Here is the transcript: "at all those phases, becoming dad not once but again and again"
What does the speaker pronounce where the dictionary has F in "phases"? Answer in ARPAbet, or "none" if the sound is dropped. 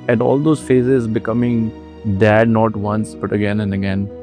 F